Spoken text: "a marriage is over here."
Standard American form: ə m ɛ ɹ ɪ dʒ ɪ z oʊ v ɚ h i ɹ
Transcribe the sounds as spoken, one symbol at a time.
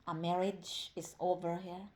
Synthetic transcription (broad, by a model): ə m ɛ ɹ ɪ dʒ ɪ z oʊ v ɚ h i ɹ